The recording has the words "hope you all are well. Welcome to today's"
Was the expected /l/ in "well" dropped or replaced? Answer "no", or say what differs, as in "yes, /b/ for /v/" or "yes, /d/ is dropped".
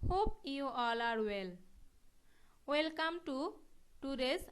no